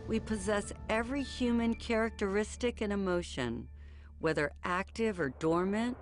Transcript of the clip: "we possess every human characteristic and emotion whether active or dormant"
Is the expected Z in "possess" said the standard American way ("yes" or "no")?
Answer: yes